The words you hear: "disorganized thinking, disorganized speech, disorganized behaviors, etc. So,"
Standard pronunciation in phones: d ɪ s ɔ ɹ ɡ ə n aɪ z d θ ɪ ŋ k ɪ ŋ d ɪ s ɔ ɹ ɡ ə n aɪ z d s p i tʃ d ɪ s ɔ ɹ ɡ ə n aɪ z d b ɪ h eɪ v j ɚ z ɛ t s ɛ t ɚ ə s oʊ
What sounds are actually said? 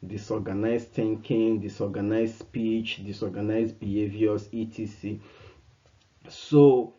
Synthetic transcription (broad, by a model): d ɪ s ɔ ɡ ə n aɪ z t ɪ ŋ k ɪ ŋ d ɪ s ɔ ɡ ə n aɪ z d s p i tʃ d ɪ s ɔ ɡ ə n aɪ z b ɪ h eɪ v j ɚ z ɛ t i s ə s oʊ